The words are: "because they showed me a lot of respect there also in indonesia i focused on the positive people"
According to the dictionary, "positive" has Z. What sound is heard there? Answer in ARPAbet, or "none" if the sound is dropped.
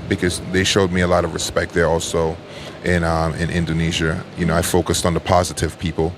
Z